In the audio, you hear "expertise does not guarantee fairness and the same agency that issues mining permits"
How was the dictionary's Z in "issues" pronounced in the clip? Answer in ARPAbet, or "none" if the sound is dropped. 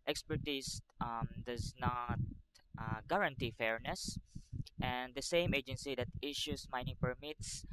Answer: S